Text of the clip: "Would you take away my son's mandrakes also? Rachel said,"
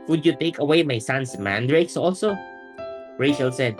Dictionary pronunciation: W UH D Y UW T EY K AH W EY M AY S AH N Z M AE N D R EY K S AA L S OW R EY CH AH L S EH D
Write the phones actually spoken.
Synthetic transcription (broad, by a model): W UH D Y UW T EY K AH W EY M AY S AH N S M AE N D R EY K S AA L S OW R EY SH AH L S EH D